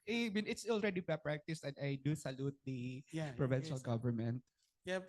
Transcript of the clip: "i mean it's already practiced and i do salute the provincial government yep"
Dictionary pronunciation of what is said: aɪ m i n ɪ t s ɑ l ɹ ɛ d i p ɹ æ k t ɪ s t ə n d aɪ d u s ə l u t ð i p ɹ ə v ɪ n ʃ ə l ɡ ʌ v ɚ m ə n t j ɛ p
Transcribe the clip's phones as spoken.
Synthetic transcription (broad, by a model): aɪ m i n ɪ t s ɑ l ɹ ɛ d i p ɹ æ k t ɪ s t ə n d aɪ d u s ə l u t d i p ɹ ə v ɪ n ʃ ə l ɡ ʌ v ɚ m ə n t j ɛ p